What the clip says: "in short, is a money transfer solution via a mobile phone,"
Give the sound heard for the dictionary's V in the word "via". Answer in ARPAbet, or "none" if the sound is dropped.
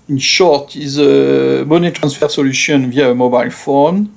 V